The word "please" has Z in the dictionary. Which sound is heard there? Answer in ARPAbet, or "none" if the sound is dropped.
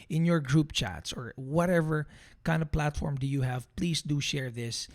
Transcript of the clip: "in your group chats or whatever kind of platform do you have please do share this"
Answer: S